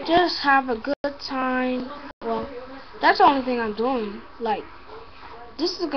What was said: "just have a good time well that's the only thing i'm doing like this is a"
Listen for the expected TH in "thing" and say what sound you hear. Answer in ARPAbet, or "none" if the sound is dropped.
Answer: TH